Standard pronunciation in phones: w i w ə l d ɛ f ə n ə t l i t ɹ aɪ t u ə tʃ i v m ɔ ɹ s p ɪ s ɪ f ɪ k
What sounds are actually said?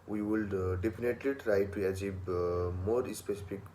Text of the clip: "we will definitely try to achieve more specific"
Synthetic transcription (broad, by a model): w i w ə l d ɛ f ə n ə t l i t ɹ aɪ t u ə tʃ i b m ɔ ɹ s p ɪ s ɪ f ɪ k